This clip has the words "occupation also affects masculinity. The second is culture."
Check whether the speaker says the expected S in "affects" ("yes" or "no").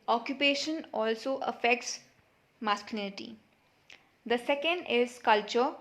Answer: yes